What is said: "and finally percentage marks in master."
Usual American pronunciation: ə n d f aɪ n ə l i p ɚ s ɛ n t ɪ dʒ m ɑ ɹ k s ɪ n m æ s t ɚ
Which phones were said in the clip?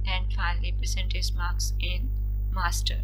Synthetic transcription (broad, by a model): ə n d f aɪ n ə l i p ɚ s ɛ n t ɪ z m ɑ ɹ k s ɪ n m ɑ s t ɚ